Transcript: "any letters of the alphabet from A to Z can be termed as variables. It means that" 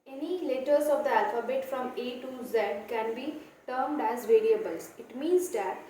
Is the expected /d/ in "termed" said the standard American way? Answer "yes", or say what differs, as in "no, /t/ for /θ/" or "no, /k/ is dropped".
yes